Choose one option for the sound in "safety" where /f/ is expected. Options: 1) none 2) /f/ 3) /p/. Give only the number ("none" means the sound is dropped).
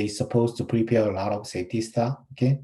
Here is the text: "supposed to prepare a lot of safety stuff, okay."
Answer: 1